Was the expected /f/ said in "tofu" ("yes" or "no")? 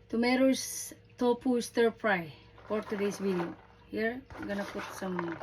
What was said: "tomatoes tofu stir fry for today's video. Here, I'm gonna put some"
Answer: no